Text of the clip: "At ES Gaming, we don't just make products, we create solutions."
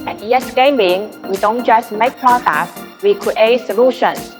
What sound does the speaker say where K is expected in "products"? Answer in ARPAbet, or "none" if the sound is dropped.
none